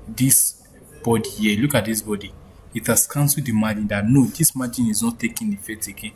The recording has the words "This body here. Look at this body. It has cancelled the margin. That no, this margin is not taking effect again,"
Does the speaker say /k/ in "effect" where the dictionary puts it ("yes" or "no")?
no